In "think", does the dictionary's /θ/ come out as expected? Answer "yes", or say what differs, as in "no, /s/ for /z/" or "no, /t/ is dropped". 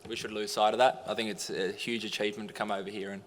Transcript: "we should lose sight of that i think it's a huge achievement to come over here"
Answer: yes